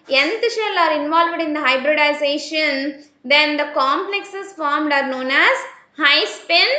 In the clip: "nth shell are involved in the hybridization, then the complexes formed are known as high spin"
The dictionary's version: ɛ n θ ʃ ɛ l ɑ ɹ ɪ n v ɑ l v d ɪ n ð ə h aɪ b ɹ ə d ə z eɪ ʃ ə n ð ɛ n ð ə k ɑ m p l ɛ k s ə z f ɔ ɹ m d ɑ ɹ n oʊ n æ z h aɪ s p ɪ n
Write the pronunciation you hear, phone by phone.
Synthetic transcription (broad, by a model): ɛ n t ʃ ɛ l ɑ ɹ ɪ n v ɑ l v d ɪ n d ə h aɪ b ɹ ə d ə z eɪ ʃ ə n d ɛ n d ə k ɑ m p l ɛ k s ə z f ɔ ɹ m d ɑ ɹ n oʊ n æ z h aɪ s p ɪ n